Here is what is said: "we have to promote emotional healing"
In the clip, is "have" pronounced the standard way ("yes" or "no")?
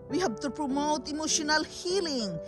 no